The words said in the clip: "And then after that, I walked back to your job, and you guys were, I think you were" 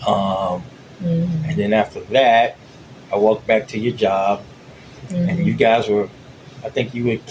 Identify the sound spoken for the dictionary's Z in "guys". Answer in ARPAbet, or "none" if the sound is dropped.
Z